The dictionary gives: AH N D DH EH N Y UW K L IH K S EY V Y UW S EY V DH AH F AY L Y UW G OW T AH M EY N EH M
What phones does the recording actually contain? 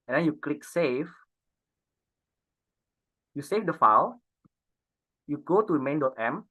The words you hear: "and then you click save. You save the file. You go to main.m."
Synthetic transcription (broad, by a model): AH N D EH N Y UW K L IH K S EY F Y UW S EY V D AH F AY W Y UW G OW T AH M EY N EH M